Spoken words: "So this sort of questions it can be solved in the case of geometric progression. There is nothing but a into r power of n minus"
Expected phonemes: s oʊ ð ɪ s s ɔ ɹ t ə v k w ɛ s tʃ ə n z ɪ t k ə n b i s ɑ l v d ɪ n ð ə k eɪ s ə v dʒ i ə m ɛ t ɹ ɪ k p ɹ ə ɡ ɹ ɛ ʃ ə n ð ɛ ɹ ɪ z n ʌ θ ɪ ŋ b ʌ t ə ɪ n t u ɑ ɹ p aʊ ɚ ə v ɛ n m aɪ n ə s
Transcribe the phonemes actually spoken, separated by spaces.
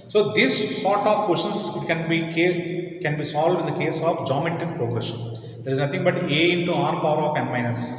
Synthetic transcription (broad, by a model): s oʊ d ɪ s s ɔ t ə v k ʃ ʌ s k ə n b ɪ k k ə n b i s ɑ l v d ɪ n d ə k eɪ s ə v dʒ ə m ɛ t ɪ k p ɹ ə ɡ ɹ ɛ ʃ ə n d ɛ ɹ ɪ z n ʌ t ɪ ŋ b ʌ t ə ɪ n t u ɑ ɹ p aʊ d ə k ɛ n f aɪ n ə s